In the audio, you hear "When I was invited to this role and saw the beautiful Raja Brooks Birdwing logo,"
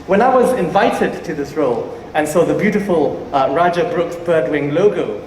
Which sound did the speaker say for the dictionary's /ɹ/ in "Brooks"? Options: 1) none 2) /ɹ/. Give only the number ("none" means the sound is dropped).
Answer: 2